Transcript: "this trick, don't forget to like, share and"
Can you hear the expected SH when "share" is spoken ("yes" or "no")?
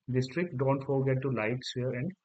no